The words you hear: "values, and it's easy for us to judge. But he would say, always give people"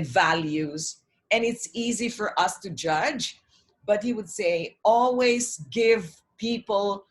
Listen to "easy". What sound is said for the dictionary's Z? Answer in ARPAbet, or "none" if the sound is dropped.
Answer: Z